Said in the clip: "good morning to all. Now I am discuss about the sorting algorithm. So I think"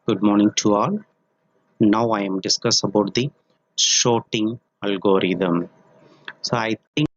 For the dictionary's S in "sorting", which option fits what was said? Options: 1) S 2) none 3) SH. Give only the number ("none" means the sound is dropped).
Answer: 3